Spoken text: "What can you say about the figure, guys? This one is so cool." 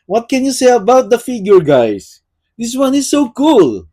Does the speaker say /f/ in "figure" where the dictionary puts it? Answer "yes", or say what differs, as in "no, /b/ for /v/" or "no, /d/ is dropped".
yes